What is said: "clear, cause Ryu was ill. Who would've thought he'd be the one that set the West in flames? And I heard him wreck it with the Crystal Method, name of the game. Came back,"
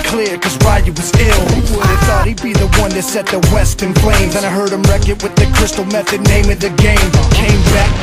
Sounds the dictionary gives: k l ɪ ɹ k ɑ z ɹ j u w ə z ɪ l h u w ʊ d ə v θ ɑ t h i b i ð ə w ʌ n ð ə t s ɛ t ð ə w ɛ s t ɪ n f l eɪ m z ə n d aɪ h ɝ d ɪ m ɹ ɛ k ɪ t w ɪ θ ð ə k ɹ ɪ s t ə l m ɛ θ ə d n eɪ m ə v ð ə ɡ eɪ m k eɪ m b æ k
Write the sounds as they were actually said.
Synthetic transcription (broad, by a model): k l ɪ ɹ k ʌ z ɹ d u w ə z ɪ l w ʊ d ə θ ɑ t h i b i ð ə w ʌ n ð ə t s ɛ t ð ə w ɛ s t ɪ n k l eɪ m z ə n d aɪ h ɝ d ɪ m ɹ ɛ k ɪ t w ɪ ð ə k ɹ ɪ s t l m ɛ θ ə d n eɪ m ə v ð ə ɡ eɪ m k eɪ m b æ k